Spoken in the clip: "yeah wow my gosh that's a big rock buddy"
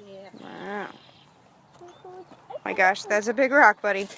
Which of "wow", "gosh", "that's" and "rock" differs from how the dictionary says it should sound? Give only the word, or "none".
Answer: none